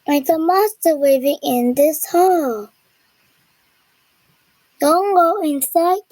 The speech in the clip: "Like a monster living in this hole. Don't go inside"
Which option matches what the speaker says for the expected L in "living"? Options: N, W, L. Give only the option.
W